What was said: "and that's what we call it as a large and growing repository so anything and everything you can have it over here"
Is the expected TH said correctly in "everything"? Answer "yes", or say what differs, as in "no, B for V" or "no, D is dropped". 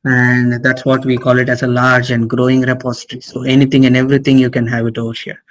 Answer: no, T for TH